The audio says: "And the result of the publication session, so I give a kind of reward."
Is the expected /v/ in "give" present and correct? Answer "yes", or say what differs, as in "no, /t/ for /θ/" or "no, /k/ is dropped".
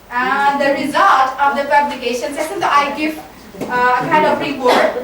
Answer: no, /f/ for /v/